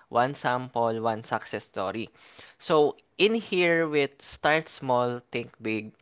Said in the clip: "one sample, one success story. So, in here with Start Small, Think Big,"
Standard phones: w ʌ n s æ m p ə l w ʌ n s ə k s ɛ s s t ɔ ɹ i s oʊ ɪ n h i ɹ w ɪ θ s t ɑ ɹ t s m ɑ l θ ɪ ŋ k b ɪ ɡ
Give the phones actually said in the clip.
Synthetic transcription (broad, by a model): w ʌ n s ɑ m p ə l w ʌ n s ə k s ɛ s s t ɔ ɹ i s oʊ ɪ n h i ɹ w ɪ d s t ɑ ɹ t s m ɑ l t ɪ ŋ k b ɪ ɡ